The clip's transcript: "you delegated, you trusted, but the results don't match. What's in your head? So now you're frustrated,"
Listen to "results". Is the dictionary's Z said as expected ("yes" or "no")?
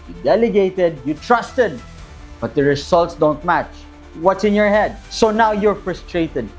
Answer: no